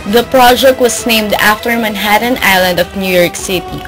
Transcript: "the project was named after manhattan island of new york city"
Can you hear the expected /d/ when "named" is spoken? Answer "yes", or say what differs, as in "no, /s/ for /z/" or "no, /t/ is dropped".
yes